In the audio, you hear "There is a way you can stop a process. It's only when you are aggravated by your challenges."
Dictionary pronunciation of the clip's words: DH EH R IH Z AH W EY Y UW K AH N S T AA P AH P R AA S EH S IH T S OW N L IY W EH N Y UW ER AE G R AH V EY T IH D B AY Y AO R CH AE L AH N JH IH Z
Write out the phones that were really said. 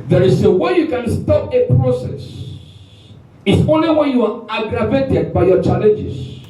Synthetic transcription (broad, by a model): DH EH R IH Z AH W EY Y UW K AH N S T AA P AH P R AA S EH S IH T S OW N L IY W EH N Y UW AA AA G R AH V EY T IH D B AY Y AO CH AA L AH N JH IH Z